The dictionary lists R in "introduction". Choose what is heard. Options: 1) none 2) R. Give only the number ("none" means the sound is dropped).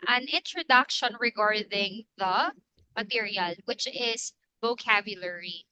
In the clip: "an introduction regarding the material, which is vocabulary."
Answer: 2